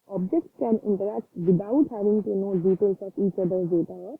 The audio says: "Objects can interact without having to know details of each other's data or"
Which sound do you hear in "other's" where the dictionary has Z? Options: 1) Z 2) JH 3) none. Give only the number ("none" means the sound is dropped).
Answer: 3